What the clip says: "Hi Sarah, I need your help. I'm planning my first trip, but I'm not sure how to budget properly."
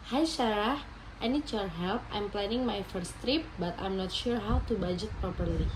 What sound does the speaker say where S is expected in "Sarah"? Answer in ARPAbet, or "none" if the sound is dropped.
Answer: SH